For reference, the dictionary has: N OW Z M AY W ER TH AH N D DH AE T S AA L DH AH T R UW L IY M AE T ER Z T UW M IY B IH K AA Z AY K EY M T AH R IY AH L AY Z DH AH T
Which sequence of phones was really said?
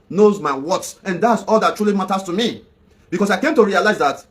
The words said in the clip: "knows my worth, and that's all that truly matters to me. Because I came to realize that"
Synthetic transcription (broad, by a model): N OW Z M AY W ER S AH N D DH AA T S AA L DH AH T R UW L IY M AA T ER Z T UW M IY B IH K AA S AY K EY M T AH R IY AH L AY Z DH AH T